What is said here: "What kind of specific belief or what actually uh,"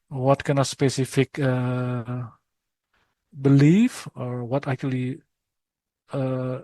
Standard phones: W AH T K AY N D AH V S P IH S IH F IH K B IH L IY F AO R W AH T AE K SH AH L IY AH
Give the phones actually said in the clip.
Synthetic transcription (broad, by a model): W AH T K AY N AH S P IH S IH F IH K B IH L IY F AO R W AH T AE K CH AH L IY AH